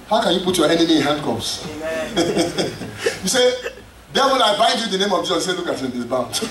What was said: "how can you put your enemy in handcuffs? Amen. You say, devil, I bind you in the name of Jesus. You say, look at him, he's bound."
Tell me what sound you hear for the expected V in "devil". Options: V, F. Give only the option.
F